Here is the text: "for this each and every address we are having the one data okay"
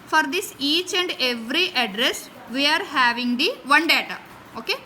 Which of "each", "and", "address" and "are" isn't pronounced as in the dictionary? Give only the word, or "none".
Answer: none